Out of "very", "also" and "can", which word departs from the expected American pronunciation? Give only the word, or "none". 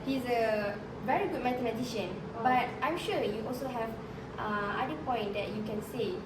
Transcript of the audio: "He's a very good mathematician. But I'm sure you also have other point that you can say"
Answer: none